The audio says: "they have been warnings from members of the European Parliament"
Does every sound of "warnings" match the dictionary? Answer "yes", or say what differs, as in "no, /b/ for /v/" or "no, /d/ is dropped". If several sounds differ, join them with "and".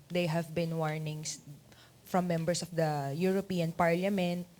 no, /s/ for /z/